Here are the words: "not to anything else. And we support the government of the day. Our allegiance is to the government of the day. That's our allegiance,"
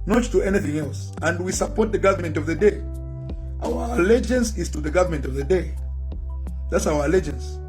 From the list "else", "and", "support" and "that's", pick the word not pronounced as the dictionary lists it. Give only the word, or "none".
none